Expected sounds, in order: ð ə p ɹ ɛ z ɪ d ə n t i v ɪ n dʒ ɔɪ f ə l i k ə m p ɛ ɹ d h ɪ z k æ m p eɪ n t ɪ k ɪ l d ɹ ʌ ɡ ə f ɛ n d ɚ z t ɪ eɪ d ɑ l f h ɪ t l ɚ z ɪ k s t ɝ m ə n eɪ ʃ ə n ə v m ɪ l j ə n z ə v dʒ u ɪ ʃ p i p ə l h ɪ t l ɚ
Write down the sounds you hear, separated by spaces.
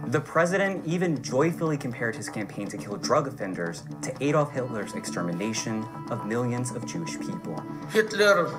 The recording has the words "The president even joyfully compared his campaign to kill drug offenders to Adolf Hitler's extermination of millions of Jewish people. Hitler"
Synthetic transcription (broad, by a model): ð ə p ɹ ɛ z ɪ d ə n t i v ɪ n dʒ ɔɪ f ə l i k ə m p ɛ ɹ d h ɪ z k æ m p eɪ n t ɪ k ɪ l d ɹ ʌ ɡ ə f ɛ n d ɚ z t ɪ eɪ d ɑ f h ɪ t l ɚ z ɪ k s t ɝ m ə n eɪ ʃ ə n ə v m ɪ l j ə n z ə v dʒ u ɪ ʃ p i p l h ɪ t l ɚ